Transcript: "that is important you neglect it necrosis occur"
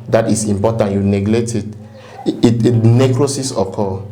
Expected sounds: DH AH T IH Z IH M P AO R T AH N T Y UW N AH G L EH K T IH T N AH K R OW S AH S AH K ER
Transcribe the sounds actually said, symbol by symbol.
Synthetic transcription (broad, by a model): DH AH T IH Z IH M P AO T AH N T Y UW N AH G L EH T IH T N AH K R OW S AH S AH K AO